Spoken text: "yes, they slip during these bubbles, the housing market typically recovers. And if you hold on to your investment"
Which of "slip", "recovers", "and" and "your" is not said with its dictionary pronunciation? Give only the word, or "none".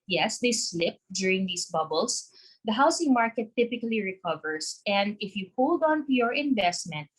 recovers